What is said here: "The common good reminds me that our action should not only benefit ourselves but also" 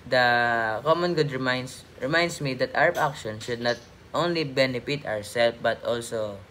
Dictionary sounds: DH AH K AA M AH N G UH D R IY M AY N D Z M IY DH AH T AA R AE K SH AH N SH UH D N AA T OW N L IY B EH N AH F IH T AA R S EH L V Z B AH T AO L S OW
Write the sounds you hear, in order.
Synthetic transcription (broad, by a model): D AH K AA M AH N G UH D R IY M AY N D S M IY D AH T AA W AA K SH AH N SH UH D N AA T OW N L IY B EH N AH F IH T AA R S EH L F B AH T AO L S OW